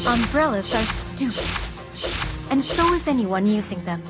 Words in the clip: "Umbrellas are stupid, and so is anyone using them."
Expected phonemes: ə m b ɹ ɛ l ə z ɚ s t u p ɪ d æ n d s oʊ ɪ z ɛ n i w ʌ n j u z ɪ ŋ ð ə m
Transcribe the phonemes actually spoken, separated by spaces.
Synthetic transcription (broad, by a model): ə m b ɹ ɛ l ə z ɚ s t u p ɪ n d s oʊ ɪ z ɛ n i w ʌ n j u z ɪ ŋ ð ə m